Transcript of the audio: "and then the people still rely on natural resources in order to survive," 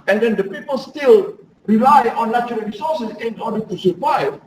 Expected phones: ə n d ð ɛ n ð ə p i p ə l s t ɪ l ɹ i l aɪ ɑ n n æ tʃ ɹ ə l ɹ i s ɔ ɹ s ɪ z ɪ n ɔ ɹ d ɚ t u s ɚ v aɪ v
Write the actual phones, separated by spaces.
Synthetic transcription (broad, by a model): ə n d ɛ n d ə p i p ə l s t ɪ l ɹ i l aɪ ɑ n l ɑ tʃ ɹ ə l ɹ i s ɔ s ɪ s ɪ n ɔ d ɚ t u s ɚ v aɪ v